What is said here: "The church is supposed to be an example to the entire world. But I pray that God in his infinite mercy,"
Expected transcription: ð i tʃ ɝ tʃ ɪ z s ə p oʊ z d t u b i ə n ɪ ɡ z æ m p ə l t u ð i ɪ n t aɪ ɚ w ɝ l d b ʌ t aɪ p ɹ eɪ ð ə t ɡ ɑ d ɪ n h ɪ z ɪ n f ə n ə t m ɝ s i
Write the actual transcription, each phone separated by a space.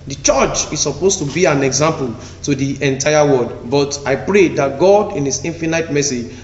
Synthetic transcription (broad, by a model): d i tʃ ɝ tʃ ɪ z s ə p oʊ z t u b i ə n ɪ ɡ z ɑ m p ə l t u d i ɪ n t aɪ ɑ w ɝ d b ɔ t aɪ p ɹ eɪ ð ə t ɡ ɑ d ɪ n h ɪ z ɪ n f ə n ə t m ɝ s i